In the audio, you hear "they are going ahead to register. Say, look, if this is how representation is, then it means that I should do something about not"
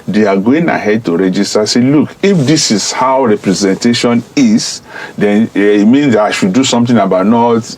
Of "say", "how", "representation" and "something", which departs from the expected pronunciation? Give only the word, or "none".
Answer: something